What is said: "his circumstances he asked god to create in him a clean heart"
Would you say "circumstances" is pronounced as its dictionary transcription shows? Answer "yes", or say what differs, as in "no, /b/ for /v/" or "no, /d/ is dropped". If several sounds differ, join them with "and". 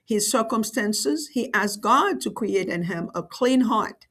yes